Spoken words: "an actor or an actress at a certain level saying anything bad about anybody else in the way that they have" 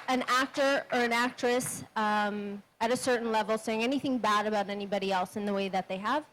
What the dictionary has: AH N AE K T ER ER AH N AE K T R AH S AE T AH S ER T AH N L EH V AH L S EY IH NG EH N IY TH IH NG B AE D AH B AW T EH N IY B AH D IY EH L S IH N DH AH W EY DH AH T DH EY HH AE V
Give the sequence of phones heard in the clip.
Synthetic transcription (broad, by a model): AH N AE K T ER ER AH N AE K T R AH S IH T AH S ER T N L EH V L S EY IH NG EH N IY TH IH NG B AE D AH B AW T EH N IY B AH D IY EH L S IH N DH AH W EY DH AH T DH EY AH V